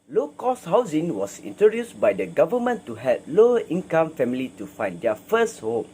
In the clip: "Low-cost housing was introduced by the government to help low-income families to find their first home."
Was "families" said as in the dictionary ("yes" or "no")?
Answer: no